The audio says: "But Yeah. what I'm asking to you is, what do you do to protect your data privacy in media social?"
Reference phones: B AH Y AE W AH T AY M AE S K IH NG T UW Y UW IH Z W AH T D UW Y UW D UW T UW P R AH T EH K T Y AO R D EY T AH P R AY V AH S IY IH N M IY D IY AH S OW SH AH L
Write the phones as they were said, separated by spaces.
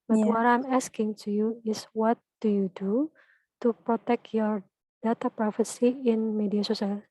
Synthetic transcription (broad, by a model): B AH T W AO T AY M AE S K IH NG T UW Y UW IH S W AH T D UW Y UW D UW T UW P R AH T EH K T Y AO R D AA T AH P R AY F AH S IY IH N M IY D IY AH S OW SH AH L